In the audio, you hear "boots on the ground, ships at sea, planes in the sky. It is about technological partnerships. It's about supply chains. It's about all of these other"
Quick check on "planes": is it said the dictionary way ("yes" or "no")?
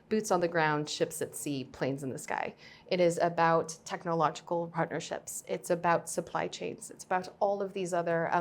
yes